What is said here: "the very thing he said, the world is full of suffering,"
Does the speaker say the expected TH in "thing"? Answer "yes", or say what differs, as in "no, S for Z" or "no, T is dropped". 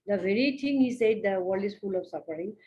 no, T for TH